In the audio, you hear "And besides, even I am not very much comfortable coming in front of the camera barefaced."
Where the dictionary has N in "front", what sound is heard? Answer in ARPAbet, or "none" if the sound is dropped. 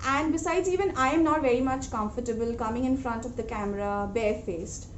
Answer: N